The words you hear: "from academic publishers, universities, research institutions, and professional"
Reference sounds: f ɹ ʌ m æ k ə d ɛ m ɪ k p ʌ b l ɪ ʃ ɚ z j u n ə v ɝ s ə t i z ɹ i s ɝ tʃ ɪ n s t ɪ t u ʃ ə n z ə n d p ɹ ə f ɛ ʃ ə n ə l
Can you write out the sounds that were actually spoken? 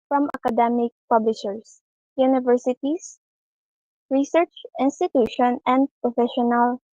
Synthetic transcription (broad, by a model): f ɹ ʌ m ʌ k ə d ɛ m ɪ k p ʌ b l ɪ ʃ ɚ s j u n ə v ɝ s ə t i s ɹ i s ɝ tʃ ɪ n s t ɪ t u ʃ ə n ə n d p ɹ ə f ɛ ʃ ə n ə l